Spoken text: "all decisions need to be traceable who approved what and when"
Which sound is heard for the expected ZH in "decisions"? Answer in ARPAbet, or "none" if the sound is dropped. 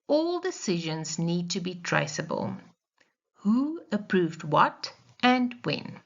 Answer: ZH